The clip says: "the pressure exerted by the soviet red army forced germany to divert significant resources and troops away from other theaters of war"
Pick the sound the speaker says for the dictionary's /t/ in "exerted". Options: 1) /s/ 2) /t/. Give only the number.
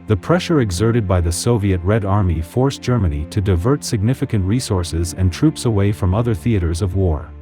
2